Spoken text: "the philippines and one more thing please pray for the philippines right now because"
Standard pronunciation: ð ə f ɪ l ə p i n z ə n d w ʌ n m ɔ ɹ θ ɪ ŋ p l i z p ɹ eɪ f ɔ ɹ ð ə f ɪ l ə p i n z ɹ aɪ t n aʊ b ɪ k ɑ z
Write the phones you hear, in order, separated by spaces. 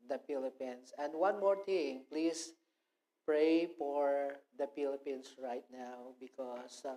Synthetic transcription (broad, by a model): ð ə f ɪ l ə p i n s ə n d w ʌ n m ɔ ɹ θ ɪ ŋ p l i s p ɹ eɪ f ɔ ɹ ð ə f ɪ l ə p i n s ɹ aɪ t n aʊ b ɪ k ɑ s